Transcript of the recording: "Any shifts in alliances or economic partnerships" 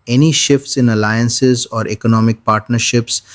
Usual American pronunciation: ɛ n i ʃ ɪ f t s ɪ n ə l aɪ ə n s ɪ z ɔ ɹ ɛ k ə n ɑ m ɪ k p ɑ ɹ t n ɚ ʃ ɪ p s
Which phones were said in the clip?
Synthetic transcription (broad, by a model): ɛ n i ʃ ɪ f t s ɪ n ə l aɪ ə n s ɪ z ɔ ɹ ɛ k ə n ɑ m ɪ k p ɑ ɹ t n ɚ ʃ ɪ p s